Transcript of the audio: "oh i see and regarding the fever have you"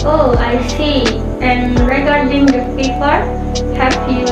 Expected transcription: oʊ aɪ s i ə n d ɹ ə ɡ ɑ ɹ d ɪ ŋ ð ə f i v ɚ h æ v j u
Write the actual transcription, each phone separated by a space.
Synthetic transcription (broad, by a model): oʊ aɪ s i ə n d ɹ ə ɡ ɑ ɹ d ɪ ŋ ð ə p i p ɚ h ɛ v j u